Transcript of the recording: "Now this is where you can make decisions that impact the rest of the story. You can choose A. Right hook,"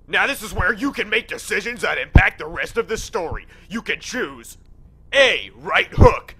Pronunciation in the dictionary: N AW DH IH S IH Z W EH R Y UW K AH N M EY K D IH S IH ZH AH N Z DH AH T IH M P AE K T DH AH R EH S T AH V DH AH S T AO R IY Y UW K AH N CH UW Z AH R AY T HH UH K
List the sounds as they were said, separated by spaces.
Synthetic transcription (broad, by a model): N AW DH IH S IH Z W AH R Y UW K AH N M EY K D IH S IH ZH AH N Z DH AH T IH M P AE K T DH AH R EH S T AH V DH AH S T AO R IY Y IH K AH N CH UW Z AH R AY T HH UH K